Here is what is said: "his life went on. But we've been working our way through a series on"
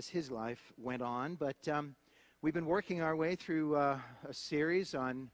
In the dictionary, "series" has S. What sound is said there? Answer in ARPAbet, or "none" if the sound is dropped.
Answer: S